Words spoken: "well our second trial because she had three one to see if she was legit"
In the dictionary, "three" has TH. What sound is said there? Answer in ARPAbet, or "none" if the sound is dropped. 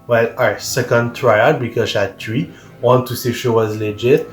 T